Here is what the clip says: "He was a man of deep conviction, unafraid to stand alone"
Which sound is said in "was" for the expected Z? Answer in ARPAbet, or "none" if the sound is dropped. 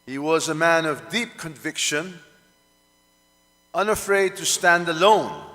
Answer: Z